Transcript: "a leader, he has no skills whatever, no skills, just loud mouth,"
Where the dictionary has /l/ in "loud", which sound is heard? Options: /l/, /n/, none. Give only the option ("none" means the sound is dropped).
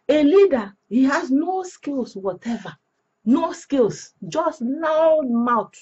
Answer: /n/